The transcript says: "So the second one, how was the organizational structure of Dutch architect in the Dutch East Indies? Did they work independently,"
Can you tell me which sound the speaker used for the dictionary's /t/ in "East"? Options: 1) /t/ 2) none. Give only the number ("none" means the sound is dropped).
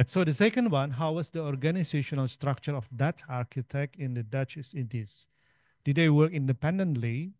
2